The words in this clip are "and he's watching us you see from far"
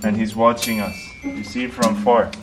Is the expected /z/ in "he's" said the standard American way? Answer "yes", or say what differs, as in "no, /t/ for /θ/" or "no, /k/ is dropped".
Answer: yes